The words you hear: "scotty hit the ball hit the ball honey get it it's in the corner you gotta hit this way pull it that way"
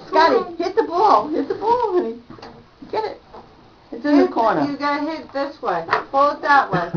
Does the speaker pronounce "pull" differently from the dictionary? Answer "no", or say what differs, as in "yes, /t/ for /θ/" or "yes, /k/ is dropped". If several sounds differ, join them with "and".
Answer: yes, /f/ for /p/